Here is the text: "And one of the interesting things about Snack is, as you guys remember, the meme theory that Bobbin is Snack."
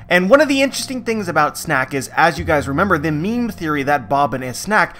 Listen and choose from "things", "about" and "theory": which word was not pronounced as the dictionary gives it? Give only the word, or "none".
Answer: none